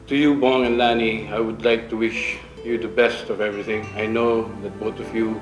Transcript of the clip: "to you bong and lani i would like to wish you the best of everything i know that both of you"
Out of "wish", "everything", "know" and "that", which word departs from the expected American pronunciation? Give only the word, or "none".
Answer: none